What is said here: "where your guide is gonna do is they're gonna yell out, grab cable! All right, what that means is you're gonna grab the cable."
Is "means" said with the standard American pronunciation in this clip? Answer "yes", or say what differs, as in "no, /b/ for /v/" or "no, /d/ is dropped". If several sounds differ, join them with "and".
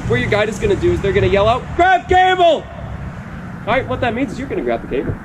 yes